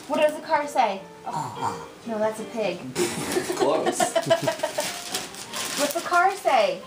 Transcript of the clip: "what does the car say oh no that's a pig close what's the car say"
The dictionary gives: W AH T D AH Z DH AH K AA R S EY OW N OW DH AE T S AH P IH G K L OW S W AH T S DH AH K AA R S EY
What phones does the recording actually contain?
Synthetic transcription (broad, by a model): W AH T D AH Z DH AH K AA R S EY OW N OW DH AE T S AH P IH G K OW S W AH T S DH AH K AA R S EY